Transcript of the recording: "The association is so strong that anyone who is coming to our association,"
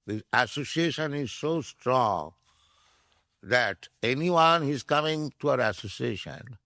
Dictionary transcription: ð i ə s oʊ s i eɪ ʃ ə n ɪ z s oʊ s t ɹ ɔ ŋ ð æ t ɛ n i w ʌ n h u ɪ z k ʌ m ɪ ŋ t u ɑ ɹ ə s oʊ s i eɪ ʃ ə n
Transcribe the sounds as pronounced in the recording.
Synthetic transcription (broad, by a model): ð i ə s oʊ s i eɪ ʃ ə n ɪ z s oʊ s t ɹ ɔ ŋ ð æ t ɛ n i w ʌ n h ɪ z k ʌ m ɪ ŋ t u ɑ ɹ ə s oʊ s i eɪ ʃ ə n